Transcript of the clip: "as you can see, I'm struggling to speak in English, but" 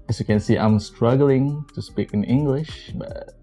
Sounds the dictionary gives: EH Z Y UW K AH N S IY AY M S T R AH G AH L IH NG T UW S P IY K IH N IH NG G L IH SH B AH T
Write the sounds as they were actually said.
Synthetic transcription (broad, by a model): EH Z Y UW K AH N S IY AY M S T R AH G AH L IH NG T UW S P IY K IH N IH NG G L IH SH B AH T